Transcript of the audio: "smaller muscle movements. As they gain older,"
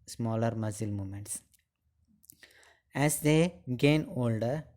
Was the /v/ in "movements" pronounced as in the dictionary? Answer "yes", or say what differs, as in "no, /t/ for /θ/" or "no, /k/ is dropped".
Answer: no, /v/ is dropped